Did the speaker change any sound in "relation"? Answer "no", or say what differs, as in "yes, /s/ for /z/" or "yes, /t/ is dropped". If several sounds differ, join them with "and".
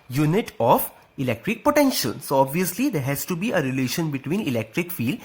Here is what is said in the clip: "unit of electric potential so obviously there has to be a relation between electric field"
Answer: no